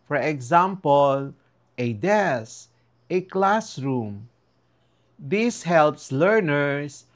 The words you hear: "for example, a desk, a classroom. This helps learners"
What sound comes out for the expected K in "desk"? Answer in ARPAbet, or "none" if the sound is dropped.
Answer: none